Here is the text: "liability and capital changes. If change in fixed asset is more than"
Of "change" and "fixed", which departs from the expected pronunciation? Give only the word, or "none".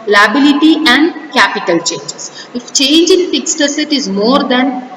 none